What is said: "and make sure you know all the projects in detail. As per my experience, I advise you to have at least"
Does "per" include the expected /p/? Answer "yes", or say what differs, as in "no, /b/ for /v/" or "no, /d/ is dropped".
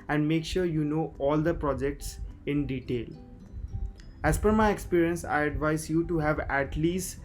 no, /f/ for /p/